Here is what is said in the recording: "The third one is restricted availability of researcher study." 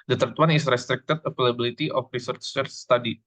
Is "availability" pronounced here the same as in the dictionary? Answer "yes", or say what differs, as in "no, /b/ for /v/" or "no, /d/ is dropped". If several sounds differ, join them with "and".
no, /p/ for /v/